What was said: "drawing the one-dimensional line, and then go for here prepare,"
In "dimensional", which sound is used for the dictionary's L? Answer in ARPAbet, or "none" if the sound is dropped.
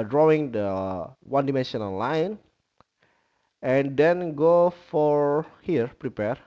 N